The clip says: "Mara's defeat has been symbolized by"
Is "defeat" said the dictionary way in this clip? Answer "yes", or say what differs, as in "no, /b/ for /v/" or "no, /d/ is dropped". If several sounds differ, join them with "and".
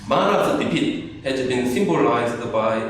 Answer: no, /p/ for /f/